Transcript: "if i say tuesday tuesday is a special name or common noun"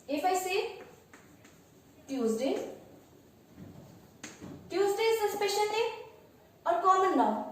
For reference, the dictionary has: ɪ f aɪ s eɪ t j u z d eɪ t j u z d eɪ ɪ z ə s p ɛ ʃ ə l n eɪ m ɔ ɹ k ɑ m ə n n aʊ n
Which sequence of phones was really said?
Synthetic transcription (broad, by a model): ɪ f aɪ s eɪ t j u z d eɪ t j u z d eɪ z ə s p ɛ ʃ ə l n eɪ ɔ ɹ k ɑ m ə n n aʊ